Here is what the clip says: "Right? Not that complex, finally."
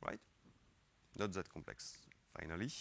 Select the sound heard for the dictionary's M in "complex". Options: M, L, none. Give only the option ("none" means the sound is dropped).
M